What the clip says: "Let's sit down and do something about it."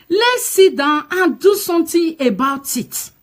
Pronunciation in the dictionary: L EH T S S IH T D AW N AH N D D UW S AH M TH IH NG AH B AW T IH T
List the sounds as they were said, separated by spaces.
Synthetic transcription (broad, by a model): L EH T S S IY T D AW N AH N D D UW S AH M T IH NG AH B AW T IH T